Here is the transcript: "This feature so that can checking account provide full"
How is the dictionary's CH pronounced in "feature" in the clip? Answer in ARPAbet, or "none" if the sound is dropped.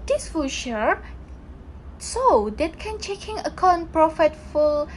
SH